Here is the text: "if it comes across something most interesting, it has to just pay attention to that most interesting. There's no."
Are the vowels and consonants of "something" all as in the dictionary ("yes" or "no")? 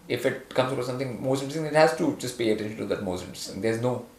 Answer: no